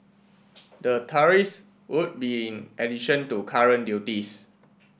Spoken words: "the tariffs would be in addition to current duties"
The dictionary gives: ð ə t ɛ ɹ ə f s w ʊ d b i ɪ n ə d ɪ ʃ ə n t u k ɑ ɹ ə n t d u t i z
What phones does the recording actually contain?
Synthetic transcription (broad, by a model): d ə t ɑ ɹ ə s w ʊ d b i ɪ n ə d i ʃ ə n t u k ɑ ɹ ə n d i t i s